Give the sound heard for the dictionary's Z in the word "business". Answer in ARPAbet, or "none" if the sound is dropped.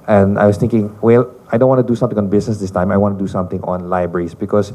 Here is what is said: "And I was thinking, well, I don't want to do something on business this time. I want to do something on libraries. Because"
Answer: S